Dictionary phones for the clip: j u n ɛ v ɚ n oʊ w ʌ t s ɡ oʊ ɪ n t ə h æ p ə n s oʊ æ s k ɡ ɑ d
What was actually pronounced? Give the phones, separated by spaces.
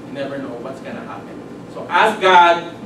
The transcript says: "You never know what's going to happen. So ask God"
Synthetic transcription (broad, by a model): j n ɛ v ɚ n oʊ w ʌ t s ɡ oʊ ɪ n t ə h æ p ə n s oʊ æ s ɡ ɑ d